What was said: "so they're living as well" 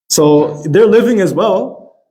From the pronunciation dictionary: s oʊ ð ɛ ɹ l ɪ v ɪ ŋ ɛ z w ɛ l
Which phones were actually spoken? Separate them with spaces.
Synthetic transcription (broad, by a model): s oʊ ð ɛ ɹ l ɪ v ɪ ŋ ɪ z w ɛ l